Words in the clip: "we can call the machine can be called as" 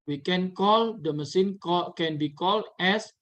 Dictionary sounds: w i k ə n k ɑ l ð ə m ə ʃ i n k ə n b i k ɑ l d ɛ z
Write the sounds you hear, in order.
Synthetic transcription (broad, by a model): w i k ə n k ɑ l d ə m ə s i n k ə n b i k ɑ l d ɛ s